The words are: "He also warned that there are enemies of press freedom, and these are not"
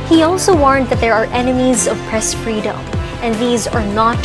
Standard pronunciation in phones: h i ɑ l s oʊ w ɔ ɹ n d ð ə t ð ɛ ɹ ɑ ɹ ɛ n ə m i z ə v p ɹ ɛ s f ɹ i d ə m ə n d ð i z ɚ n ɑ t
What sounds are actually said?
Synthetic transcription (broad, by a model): h i ɑ l s oʊ w ɔ ɹ n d ð ə t ð ɛ ɹ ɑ ɹ ɛ n ə m i z ə v p ɹ ɛ s f ɹ i d ə m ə n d ð i z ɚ n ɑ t